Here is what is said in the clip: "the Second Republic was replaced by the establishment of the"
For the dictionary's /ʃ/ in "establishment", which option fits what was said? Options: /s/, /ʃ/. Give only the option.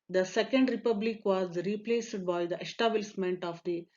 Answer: /s/